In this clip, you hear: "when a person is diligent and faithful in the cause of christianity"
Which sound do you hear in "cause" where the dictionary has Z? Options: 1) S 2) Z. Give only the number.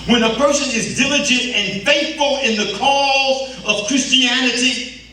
2